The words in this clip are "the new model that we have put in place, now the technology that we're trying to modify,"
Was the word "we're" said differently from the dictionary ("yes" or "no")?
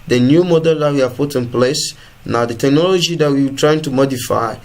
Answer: yes